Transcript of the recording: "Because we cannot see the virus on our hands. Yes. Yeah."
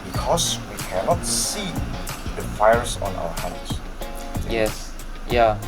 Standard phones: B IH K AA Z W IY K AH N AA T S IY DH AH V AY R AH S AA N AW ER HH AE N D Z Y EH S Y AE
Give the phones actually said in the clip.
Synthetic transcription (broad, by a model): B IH K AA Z W IY K AH N AA T S IY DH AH F AY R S AA N AW ER HH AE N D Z Y EH S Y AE